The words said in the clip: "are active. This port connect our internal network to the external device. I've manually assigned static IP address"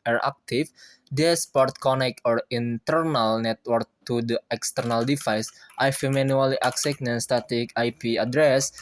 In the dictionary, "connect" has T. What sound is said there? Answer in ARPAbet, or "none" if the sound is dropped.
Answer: none